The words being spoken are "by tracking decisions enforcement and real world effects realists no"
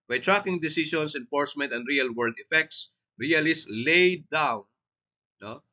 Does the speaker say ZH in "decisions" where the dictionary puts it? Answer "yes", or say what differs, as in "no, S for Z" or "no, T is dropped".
no, S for ZH